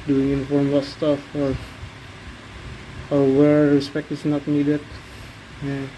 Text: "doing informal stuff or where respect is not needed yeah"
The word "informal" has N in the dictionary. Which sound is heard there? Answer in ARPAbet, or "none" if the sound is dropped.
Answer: none